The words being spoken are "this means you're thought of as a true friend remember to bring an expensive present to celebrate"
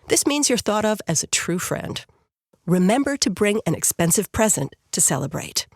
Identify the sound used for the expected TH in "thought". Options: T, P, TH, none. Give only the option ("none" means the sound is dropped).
TH